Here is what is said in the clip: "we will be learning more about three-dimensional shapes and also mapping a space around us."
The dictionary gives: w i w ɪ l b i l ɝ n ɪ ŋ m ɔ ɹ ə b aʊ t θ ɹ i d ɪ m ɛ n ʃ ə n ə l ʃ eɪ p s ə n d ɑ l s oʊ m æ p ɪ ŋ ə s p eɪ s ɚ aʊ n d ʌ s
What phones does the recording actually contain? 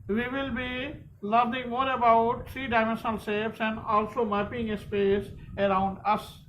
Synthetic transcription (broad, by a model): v i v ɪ l b i l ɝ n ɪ ŋ m ɔ ɹ ə b aʊ t t ɹ i d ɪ m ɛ n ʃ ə n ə l s eɪ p s ə n d ɑ l s oʊ m æ p ɪ ŋ ə s p eɪ s ɚ aʊ n d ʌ s